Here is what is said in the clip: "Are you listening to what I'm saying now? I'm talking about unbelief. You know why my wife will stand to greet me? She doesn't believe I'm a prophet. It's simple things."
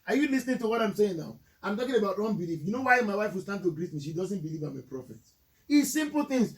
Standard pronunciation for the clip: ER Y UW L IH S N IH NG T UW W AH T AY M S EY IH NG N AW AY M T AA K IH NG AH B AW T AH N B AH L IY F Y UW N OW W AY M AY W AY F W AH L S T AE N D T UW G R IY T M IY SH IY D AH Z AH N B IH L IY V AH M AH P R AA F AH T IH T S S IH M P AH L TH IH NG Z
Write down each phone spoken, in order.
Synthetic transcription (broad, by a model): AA Y UW L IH S N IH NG T UW W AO T AY M S EY IH NG N AW AY M T AA K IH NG AH B AW T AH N B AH L IY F Y UW N OW W AY M AY W AY F W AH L S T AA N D T UW G R IY T M IY SH IY D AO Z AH N B IH L IY V AH M AH P R AA F AH T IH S S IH M P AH L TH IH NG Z